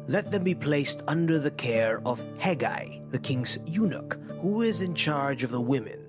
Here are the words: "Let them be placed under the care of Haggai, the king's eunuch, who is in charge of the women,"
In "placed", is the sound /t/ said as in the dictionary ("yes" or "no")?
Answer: yes